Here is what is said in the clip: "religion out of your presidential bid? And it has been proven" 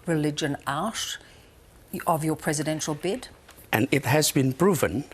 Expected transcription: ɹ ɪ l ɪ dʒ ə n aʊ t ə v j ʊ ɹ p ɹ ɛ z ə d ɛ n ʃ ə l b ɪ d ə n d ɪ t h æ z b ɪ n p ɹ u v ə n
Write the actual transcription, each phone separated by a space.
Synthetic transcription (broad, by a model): ɹ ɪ l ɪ dʒ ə n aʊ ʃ ə v j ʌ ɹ p ɹ ɛ z ə d ɛ n ʃ ə l b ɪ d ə n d ɪ t h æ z b ɪ n p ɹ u v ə n